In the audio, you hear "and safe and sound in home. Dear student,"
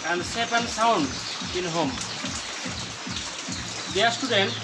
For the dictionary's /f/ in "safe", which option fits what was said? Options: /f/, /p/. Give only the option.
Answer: /p/